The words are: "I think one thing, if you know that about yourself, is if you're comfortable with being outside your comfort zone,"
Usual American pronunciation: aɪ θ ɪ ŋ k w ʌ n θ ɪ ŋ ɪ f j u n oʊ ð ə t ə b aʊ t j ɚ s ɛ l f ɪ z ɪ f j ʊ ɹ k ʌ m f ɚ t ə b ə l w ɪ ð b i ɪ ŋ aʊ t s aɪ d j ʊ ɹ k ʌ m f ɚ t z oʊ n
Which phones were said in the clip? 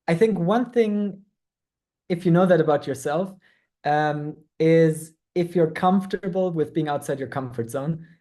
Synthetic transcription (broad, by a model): aɪ θ ɪ ŋ k w ʌ n θ ɪ ŋ ɪ f j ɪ n oʊ ð ə t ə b aʊ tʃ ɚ s ɛ l f ɪ z ɪ f j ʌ ɹ k ʌ m f t ə b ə l w ɪ ð b i ɪ ŋ aʊ t s aɪ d j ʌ ɹ k ʌ m f ɚ t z oʊ n